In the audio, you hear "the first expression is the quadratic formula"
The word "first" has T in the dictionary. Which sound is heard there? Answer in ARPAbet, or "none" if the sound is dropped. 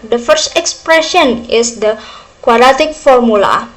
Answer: T